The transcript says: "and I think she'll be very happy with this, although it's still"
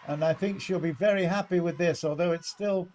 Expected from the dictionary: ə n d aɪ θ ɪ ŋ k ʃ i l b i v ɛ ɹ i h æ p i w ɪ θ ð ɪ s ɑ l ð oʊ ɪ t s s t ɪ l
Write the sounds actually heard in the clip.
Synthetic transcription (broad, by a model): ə n aɪ θ ɪ ŋ k ʃ i l b i v ɛ ɹ i h æ p i w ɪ ð ɪ s ɑ l ð oʊ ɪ t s s t ɪ l